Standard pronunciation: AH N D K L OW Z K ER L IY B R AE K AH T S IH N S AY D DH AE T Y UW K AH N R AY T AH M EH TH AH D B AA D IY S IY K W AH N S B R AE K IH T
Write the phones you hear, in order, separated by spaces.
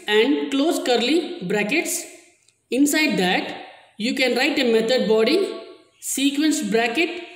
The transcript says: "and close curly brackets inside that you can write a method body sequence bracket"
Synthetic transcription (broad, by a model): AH N D K L OW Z K ER L IY B R AE K AH T S IH N S AY D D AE T Y UW K AH N R AY T AH M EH T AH D B AA D IY S IY K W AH N S B R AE K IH T